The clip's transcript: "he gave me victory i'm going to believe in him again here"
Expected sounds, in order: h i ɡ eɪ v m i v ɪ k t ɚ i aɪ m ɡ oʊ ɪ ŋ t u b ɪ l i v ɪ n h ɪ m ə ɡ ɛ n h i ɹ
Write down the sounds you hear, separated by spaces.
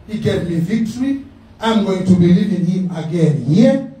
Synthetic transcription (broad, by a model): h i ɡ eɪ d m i v ɪ k t ɚ i aɪ m ɡ oʊ ɪ ŋ t u b ɪ l i v ɪ n h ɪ m ə ɡ ɛ n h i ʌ